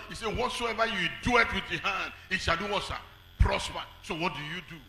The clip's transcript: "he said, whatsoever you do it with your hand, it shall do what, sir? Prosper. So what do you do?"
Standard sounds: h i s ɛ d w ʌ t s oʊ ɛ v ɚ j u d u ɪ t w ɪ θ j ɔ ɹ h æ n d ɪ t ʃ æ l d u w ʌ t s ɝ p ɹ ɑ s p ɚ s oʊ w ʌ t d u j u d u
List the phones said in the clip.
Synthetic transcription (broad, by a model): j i s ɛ w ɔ t s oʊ ɛ v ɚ j u d u ɪ t w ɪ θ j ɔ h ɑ n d ɪ t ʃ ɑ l d u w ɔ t ʃ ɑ p ɹ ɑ s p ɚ s oʊ w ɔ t d u j u d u